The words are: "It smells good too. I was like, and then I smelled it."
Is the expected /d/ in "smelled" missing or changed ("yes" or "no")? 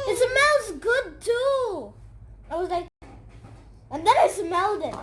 no